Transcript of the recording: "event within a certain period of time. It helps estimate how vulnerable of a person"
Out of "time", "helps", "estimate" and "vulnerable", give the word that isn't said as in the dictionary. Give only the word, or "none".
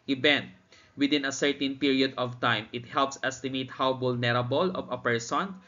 vulnerable